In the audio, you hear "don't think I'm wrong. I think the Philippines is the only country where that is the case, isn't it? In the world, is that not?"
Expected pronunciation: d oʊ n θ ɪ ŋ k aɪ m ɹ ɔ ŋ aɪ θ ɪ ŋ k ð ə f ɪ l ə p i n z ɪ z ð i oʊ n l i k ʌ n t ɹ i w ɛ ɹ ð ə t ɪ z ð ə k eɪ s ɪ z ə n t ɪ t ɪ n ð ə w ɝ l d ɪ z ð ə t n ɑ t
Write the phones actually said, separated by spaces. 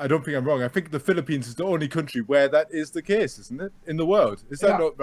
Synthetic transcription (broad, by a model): d oʊ n θ ɪ ŋ k aɪ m ɹ ɔ ŋ aɪ θ ɪ ŋ k ð ə f ɪ l ə p i n z ɪ z ð i oʊ n l i k ʌ n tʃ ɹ i w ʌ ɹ ð ə t ɪ z ð ə k eɪ s ɪ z n t ɪ t ɪ n ð ə w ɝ l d ɪ z ð ə t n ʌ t